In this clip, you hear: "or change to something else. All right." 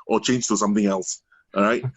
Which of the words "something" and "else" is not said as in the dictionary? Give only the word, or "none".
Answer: none